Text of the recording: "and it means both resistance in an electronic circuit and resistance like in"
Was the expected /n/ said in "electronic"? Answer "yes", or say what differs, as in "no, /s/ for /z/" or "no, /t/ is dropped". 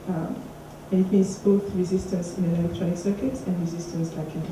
no, /n/ is dropped